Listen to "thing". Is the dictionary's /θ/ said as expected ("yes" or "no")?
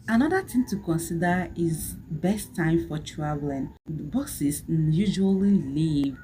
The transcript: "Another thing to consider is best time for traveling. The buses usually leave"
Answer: no